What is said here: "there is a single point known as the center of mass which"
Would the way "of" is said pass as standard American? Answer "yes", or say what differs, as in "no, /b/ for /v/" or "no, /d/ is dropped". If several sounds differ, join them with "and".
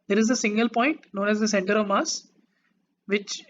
yes